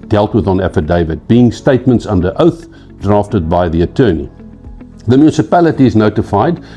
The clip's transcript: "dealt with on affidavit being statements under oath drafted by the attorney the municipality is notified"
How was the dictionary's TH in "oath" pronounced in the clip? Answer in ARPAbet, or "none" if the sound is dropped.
TH